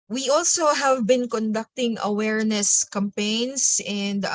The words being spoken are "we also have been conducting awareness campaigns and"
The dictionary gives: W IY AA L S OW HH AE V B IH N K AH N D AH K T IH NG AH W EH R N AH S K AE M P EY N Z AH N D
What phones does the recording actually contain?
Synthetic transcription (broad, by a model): W IY AA L S OW HH AE V B IH N K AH N D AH K T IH NG AH W EH R N AH S K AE M P EY N S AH N D